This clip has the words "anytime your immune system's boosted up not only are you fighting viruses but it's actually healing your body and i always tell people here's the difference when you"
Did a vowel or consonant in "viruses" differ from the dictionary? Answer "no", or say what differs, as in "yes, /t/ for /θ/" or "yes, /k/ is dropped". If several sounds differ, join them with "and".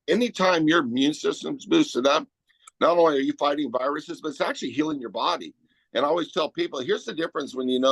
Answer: no